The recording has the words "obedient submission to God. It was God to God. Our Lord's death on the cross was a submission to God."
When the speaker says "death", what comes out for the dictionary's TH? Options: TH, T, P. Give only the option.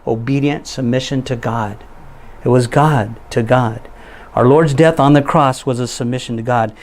TH